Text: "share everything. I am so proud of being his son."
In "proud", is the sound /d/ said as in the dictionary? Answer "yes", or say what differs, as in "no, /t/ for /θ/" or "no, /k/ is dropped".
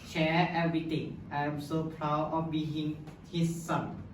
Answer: no, /d/ is dropped